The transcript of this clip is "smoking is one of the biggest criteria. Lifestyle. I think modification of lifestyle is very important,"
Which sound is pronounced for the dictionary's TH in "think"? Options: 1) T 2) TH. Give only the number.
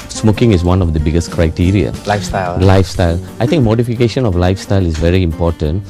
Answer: 1